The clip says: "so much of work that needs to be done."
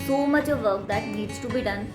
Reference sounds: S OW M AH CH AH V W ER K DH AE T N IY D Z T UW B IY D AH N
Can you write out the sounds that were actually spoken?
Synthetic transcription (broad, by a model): S OW M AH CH AH V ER K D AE T N IY D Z T UW B IY D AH N